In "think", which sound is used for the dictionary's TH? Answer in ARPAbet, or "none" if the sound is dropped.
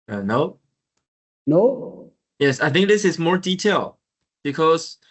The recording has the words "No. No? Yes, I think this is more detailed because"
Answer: TH